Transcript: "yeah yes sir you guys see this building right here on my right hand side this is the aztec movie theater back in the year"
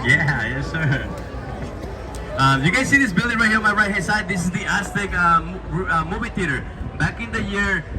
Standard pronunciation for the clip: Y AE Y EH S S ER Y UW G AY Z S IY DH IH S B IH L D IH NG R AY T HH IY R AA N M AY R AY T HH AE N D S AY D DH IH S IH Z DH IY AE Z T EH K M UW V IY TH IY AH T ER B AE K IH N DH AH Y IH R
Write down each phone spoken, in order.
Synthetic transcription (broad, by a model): Y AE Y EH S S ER Y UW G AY S IY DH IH S B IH L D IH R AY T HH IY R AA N M AY R AY T HH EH D S AY D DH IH S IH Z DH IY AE S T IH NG M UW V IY T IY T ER B AE K IH N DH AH Y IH R